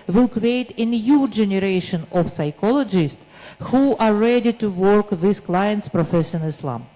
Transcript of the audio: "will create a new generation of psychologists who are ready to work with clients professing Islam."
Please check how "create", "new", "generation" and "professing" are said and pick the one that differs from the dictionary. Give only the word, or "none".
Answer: professing